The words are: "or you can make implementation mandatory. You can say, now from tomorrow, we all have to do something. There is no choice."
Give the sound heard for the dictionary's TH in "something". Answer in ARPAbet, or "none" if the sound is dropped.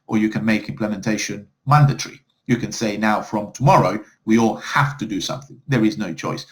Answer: TH